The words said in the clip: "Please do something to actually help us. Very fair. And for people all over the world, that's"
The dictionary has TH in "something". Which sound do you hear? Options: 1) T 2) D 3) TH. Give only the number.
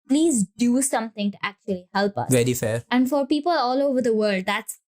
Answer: 1